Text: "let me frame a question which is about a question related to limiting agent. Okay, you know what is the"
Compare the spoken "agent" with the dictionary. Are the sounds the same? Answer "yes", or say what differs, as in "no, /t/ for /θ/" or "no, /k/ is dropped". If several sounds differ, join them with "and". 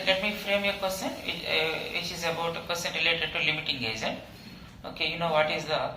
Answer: no, /z/ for /dʒ/ and /t/ is dropped